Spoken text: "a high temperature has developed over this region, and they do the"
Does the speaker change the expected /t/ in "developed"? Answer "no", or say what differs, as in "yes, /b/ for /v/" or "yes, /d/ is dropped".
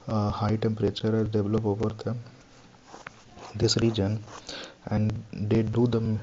yes, /t/ is dropped